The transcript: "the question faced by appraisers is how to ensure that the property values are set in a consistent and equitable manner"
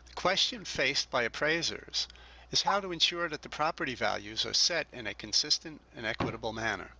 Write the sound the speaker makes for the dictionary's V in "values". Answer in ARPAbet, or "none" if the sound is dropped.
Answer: V